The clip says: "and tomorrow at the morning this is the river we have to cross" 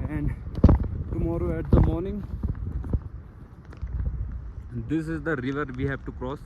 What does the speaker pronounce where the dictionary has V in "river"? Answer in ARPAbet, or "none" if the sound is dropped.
V